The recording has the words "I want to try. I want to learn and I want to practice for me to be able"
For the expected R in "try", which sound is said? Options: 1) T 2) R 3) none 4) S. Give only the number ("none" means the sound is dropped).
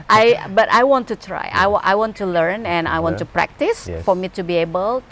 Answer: 2